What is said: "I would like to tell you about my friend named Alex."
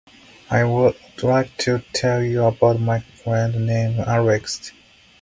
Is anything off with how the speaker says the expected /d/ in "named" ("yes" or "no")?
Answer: yes